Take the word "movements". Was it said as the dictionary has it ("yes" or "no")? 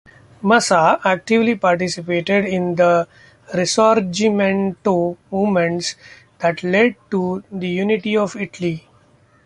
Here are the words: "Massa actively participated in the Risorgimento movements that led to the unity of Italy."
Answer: no